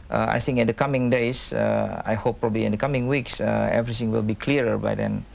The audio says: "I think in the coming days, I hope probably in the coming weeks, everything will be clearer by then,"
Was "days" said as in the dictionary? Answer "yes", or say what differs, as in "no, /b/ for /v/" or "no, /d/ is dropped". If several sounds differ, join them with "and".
no, /s/ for /z/